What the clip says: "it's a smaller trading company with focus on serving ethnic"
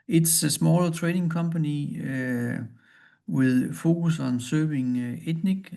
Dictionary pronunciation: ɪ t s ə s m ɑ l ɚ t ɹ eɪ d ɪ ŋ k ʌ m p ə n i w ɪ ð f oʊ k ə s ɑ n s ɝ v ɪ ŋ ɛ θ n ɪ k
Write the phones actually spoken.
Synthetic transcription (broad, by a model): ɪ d s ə s m ɑ l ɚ s ɹ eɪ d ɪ ŋ k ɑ m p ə n i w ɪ ð f oʊ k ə s ɑ n s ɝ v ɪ ŋ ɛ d n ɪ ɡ